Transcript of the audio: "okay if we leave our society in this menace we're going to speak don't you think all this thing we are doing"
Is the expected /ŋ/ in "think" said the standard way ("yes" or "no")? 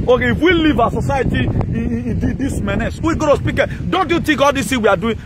no